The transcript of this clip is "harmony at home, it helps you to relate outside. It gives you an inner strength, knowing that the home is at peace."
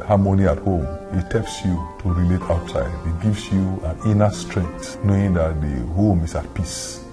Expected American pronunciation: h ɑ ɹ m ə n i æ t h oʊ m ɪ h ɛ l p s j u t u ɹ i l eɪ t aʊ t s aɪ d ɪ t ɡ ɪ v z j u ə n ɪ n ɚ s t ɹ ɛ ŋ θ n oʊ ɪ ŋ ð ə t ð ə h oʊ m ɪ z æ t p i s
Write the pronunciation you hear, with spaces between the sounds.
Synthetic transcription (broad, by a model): h ɑ m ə n i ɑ t h oʊ m ɪ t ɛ p s j u t u ɹ i l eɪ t aʊ t s aɪ d ɪ t ɡ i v s j u ə n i n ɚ s t ɹ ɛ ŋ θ n oʊ ɪ ŋ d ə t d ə h oʊ m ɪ s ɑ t p i s